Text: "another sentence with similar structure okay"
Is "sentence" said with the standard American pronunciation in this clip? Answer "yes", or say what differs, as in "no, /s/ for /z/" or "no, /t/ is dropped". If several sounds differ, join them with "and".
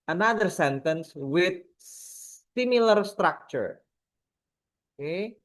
yes